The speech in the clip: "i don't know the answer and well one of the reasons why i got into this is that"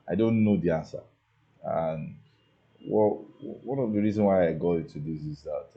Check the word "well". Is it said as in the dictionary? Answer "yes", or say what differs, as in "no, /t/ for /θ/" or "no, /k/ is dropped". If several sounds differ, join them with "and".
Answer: no, /w/ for /l/